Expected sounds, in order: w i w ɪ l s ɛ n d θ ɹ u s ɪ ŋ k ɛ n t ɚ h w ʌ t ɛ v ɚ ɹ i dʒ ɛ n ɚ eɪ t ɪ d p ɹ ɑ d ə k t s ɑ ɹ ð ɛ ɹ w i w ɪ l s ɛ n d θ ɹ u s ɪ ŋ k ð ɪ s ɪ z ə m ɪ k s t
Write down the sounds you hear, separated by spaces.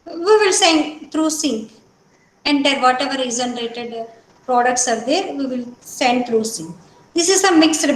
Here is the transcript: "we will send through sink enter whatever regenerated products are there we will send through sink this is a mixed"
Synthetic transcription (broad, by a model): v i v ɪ l s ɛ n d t ɹ u s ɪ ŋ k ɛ n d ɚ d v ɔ t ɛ v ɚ ɹ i z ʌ n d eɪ t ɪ d p ɹ ɑ d ə k t s ɑ ɹ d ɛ ɹ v i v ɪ l s ɛ n d t ɹ u s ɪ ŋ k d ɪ s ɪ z ə m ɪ k s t